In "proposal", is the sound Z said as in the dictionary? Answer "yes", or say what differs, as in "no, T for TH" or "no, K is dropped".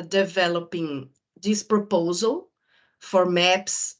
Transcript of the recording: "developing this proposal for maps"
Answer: yes